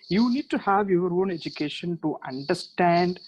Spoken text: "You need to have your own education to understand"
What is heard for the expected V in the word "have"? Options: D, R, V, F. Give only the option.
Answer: V